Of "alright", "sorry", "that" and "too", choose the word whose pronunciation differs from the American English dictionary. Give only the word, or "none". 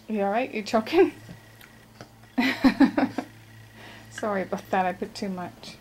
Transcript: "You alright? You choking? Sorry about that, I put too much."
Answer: alright